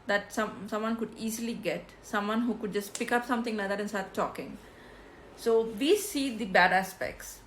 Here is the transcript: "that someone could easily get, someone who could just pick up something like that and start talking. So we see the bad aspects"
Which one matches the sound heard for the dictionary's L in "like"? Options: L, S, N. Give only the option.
N